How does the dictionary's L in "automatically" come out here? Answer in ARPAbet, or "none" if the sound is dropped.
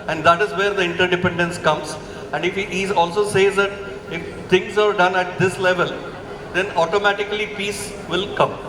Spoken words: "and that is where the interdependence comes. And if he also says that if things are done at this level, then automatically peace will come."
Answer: L